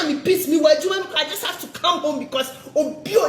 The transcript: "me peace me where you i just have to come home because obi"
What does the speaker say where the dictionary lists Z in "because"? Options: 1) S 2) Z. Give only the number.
1